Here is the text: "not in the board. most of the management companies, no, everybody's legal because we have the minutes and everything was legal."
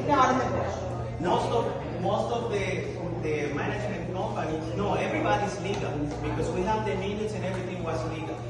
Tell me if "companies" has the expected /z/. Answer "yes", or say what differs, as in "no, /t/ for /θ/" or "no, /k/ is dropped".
no, /z/ is dropped